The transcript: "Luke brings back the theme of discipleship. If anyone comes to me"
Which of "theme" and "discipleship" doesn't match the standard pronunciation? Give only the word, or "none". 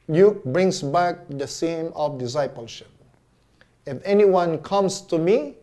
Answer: theme